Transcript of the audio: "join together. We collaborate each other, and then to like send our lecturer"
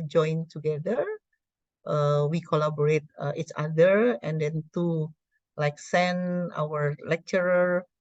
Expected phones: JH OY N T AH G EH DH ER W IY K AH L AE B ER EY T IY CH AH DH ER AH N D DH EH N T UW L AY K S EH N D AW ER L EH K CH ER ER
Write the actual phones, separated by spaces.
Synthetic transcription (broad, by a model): JH OY N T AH G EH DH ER W IY K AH L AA B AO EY T IY CH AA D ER AH N D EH N T UW L AY K S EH N AW ER L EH K CH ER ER